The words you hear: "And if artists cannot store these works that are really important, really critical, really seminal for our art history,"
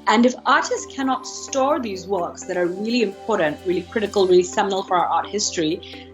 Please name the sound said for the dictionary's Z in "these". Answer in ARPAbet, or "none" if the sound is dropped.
Z